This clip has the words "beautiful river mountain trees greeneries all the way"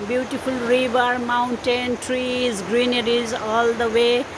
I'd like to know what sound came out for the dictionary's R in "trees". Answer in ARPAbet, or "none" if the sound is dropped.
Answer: R